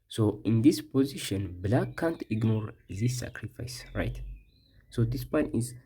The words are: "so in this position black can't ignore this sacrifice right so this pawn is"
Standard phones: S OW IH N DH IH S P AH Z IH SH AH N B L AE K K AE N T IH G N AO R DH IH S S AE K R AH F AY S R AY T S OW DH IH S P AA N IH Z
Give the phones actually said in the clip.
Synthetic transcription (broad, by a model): S OW IH N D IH S P AH Z IH SH AH N B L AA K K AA N T IH G N AO R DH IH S S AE K R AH F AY S R AY T S OW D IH S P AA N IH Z